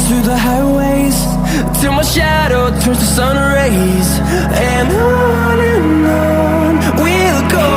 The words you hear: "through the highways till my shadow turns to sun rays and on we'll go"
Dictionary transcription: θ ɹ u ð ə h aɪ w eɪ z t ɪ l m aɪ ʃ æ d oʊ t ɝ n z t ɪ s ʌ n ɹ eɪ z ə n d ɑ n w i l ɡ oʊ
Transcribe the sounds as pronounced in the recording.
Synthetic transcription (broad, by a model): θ ɹ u ð ə h aɪ w eɪ z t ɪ m aɪ ʃ æ d oʊ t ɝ z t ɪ s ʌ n ɹ eɪ z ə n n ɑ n w i l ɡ oʊ